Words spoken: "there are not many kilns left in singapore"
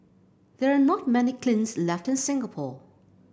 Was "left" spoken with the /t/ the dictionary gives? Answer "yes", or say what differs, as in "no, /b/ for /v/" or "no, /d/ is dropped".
yes